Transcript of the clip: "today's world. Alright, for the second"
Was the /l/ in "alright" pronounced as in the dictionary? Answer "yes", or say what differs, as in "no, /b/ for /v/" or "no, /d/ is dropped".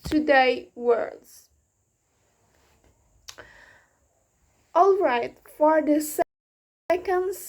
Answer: yes